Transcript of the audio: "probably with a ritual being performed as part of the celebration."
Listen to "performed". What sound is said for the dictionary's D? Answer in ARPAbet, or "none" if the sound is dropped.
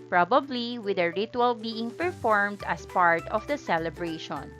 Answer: D